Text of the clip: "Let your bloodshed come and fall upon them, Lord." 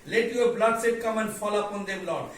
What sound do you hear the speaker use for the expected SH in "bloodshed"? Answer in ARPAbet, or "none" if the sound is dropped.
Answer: S